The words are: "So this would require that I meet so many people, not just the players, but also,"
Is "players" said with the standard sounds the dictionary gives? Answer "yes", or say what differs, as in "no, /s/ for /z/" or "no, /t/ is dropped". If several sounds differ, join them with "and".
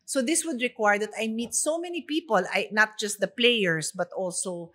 no, /s/ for /z/